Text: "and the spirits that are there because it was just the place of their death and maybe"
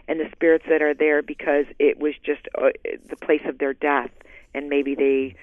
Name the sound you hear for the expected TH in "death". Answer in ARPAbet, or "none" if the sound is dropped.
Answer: TH